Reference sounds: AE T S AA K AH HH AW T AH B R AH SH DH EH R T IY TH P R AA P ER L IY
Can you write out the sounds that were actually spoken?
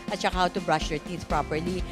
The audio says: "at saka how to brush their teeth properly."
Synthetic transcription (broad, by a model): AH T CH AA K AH HH AW T AH B R AH SH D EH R T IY S P R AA P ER L IY